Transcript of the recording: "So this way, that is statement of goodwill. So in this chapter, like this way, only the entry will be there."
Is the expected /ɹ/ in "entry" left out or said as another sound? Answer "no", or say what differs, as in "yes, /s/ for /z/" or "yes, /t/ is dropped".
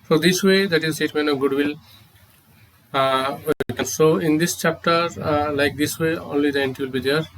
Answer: yes, /ɹ/ is dropped